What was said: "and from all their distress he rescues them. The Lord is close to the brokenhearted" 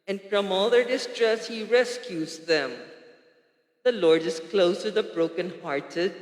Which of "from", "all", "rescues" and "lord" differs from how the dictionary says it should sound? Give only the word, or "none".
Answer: none